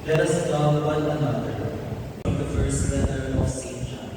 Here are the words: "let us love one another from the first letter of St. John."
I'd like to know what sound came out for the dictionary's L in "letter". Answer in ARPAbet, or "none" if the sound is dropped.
W